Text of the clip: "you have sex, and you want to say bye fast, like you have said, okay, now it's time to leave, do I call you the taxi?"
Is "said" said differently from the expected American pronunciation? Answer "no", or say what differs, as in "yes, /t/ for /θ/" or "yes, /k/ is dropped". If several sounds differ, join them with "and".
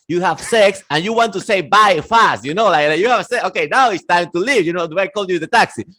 yes, /d/ is dropped